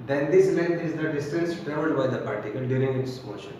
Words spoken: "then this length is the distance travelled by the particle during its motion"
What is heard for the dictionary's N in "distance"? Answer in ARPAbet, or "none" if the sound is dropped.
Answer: none